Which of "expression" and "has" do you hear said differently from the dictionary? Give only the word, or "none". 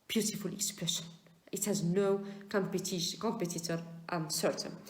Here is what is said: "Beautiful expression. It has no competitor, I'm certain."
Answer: none